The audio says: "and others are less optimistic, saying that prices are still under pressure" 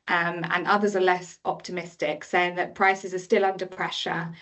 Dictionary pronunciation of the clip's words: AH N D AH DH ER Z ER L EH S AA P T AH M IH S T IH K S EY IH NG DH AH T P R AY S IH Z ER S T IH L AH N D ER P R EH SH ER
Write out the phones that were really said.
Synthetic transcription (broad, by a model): AH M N AH DH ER Z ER L EH S AA P T AH M IH S T IH K S EY IH NG DH AH T P R AY S IH Z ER S T IH L AH N D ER P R EH SH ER